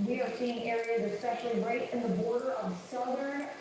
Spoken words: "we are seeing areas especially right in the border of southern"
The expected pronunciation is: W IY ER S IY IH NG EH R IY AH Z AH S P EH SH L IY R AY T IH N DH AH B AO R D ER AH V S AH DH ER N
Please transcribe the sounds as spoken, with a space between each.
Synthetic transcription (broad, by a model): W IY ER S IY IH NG EH R IY AH Z AH S P EH SH L IY R AY T IH N DH AH B AO R D ER AH V S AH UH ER